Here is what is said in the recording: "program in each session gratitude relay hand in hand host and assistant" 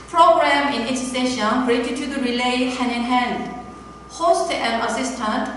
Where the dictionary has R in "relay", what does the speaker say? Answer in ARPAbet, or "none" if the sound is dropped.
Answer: R